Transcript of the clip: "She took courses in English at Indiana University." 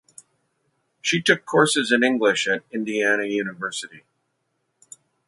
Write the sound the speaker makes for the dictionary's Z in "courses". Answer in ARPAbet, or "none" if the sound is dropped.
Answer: Z